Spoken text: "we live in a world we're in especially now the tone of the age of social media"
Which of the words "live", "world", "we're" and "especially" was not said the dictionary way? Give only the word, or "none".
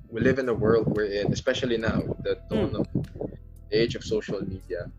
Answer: none